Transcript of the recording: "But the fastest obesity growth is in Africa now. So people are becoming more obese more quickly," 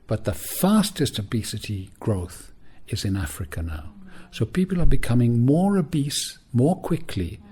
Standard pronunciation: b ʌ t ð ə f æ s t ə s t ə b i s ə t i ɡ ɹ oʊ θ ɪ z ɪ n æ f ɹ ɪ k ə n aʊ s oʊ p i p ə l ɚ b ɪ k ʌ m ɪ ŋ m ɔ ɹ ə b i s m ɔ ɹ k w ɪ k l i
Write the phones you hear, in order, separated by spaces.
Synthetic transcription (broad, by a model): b ʌ t ð ə f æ s t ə s t ə b i s ə t i ɡ ɹ oʊ θ ɪ z ɪ n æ f ɹ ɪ k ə n aʊ s oʊ p i p ə l ɚ b ɪ k ʌ m ɪ ŋ m ɔ ɹ ə b i s m ɔ ɹ k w ɪ k l i